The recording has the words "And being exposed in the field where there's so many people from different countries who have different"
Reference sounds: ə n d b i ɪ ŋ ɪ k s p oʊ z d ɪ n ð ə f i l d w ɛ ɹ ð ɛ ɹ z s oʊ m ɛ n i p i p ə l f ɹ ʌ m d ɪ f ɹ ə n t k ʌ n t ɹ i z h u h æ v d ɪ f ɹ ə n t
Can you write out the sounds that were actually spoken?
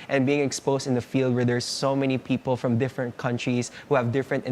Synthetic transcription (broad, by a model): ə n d b i ɪ ŋ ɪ k s p oʊ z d ɪ n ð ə f i l d w ɛ ɹ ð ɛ ɹ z s oʊ m ɛ n i p i p ə l f ɹ ʌ m d ɪ f ɹ ə n t k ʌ n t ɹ i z h u h æ v d ɪ f ɹ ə n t